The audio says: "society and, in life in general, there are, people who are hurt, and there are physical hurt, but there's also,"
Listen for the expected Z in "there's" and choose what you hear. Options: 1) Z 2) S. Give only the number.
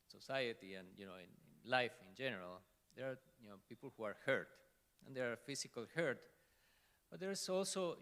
2